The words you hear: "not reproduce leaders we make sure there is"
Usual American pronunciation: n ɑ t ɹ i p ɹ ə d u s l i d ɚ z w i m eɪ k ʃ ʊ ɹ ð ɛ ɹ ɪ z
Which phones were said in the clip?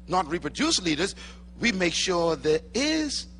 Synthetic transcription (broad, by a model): n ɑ t ɹ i p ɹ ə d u s l i d ɚ z w i m eɪ k ʃ ʊ ɹ ð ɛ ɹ ɪ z